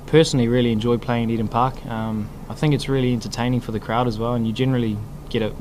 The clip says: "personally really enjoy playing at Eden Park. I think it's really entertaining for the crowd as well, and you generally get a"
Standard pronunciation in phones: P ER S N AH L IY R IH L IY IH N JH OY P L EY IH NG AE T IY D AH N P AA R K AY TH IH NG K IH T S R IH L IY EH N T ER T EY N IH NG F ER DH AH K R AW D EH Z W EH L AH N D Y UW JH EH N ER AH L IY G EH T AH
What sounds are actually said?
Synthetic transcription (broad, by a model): P ER S N L IY R IH L IY IH N JH OY P L EY IH NG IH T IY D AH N P AA R K AY TH IH NG K IH T S R IH L IY EH N T ER T EY N IH NG F ER DH AH K R AW D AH Z W EH L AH N Y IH JH EH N ER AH L IY G EH T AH